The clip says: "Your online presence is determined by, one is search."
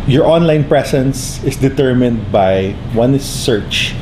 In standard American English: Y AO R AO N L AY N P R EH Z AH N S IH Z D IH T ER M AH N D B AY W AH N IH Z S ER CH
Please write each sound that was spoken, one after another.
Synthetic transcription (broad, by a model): Y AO R AO N L AY N P R EH S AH N S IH S D IH T ER M AH N D B AY W AH N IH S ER CH